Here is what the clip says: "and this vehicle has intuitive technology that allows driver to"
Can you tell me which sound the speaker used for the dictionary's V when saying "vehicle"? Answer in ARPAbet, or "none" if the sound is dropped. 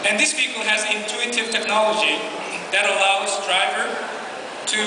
P